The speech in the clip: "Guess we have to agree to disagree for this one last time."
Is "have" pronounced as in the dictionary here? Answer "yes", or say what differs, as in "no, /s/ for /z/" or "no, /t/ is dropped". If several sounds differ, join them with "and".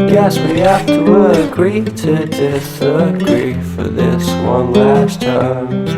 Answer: no, /f/ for /v/